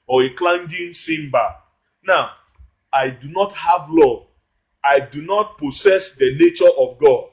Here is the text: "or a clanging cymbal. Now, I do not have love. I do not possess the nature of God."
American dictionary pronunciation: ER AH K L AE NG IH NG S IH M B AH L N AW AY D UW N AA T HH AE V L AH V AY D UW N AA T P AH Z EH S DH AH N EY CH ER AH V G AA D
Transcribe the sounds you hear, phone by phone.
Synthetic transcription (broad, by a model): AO AH K L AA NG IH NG S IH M B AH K N AW AY D UW N AA T HH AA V L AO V AY D UW N AA T P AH S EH S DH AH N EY CH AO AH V G AA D